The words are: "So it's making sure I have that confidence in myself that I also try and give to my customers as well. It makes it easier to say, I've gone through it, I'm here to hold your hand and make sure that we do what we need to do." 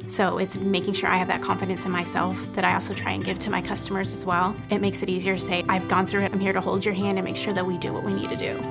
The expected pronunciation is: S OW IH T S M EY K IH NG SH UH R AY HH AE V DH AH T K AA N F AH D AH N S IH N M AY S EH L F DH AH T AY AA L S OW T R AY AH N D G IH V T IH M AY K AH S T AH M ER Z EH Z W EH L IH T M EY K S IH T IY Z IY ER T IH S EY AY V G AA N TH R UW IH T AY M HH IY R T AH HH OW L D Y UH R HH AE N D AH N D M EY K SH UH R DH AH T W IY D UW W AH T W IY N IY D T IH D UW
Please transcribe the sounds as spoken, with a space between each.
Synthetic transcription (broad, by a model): S OW IH T S M EY K IH NG SH UH R AY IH V DH AH T K AA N F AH D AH N S IH N M AY S EH L F DH AH T AY AA L S OW T R AY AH N G IH V T IH M AY K AH S T AH M ER Z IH Z W EH L IH T M EY K S IH T IY Z IY ER T IH S EY AY V G AA N TH R UW IH T AY M HH IY R T AH HH OW L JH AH R HH AE N D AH N M EY K SH UH R DH AH T W IY D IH W AH T W IY N IY D T IH D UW